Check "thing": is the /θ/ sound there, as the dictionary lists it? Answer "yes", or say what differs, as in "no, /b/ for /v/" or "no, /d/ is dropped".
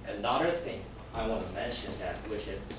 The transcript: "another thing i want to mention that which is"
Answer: no, /s/ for /θ/